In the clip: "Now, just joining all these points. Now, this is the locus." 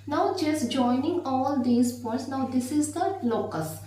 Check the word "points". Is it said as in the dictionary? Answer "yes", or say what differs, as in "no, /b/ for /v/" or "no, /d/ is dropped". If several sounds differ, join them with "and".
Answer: no, /n/ is dropped